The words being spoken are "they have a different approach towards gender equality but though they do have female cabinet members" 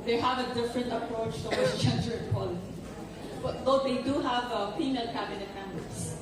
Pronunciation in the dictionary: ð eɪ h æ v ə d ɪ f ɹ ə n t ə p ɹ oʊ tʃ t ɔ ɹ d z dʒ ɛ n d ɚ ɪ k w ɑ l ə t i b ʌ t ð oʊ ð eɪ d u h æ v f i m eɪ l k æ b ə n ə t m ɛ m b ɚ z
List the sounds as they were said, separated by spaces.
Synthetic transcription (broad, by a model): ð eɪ h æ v ə d ɪ f ɹ ə n t ə p ɹ oʊ tʃ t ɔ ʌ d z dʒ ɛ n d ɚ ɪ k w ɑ l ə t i b ʌ t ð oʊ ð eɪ d u h æ v p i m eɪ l k æ b ə n ə t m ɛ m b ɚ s